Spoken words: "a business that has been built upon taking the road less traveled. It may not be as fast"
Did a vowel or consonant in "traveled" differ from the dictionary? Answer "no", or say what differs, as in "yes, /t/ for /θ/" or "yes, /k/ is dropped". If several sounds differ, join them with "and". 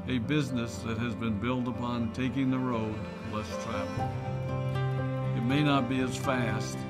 yes, /d/ is dropped